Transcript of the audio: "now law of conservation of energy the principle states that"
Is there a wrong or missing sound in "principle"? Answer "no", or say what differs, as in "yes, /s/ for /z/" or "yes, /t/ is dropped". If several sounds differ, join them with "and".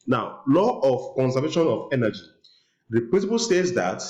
yes, /w/ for /ɹ/